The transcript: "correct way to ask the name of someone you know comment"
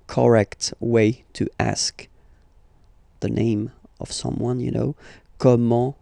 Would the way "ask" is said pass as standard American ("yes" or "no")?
yes